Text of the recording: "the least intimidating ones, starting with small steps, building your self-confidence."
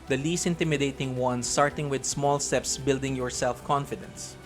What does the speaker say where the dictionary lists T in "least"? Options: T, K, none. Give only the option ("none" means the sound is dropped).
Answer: T